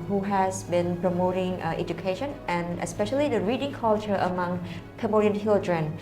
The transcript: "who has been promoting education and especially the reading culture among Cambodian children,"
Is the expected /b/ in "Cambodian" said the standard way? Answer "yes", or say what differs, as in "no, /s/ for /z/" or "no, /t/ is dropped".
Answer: no, /b/ is dropped